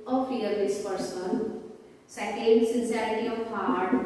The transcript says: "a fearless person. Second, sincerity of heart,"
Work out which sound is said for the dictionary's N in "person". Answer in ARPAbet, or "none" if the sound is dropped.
L